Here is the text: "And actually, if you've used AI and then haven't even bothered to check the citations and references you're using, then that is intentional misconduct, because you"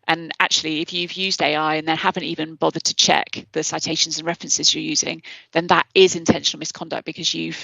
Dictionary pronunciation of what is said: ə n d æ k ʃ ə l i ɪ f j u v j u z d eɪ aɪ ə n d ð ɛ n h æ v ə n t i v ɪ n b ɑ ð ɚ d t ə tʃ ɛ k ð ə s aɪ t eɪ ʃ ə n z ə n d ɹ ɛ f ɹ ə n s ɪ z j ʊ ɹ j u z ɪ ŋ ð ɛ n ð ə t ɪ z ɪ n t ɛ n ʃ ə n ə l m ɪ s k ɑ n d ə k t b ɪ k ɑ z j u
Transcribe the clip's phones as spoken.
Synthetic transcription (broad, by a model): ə n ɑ k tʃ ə l i ɪ f j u v j u z d eɪ aɪ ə n ð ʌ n h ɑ v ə n t i v ɪ n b ɑ ð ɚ d t ə tʃ ɛ k ð ə s aɪ t eɪ ʃ ə n z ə n ɹ ɛ f ɹ ə n s ɪ z j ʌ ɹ j u z ɪ ŋ ð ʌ n ð ə t ɪ z ɪ n t ɛ n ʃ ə n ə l m ɪ s k ɑ n d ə k b ɪ k ɑ z j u